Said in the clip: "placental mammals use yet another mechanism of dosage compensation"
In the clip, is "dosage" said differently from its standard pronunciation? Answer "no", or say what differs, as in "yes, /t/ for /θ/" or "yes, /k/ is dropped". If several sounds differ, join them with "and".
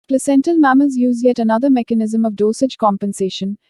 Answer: no